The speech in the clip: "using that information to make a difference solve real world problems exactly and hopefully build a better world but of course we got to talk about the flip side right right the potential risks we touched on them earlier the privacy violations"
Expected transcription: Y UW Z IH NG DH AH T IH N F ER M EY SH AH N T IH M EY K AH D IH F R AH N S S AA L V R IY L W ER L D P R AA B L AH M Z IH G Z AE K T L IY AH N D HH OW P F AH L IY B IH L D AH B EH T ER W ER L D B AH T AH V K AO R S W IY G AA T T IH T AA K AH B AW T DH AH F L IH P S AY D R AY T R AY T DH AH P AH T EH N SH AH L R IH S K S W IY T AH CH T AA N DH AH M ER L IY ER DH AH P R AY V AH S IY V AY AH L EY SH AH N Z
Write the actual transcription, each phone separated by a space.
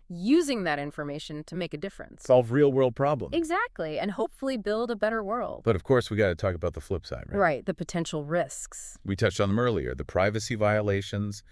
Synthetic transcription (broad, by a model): Y UW Z IH NG DH AH T IH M F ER M EY SH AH N T IH M EY K AH D IH F R AH N S S AA L V R IY L W ER L D P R AA B L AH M IH G Z AE K T L IY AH N HH OW P F L IY B IH L D AH B EH T ER W ER L D B AH T AH V K AO R S W IY G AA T T IH T AA K AH B AW T DH AH F L IH P S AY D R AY R AY T DH AH P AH T EH N SH L R IH S K S W IY T AH CH T N DH AH M ER L IY ER DH AH P R AY V AH S IY V AY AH L EY SH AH N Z